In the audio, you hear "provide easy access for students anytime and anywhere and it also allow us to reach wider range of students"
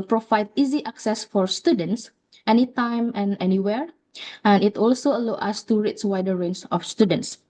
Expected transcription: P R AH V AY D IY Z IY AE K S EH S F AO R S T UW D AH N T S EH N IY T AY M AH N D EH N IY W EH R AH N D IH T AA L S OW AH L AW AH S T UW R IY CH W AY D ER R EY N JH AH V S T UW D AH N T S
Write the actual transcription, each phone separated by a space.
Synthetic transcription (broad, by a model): P R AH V AY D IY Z IY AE K S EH S F AO R S T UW D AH N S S EH N IY T AY M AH N EH N IY W EH R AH N IH T AA L S OW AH L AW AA S T UW R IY S W AY D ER R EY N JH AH F S T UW D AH N T S